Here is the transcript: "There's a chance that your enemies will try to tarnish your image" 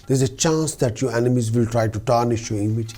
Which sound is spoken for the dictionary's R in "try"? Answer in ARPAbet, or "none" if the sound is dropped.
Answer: R